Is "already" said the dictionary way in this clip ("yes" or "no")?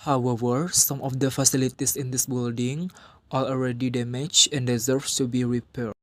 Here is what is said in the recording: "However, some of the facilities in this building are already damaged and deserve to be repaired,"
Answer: yes